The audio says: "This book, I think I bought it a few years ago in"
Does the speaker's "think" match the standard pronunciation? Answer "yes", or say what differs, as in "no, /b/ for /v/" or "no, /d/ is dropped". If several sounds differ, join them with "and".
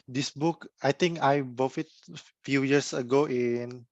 no, /t/ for /θ/